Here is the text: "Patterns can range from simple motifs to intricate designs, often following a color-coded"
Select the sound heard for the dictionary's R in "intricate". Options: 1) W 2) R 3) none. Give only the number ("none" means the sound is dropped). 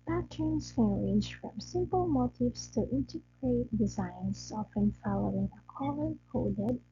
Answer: 3